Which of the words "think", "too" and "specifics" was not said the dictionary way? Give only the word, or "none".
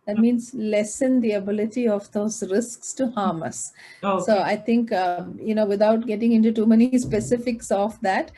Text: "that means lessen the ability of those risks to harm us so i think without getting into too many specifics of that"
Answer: think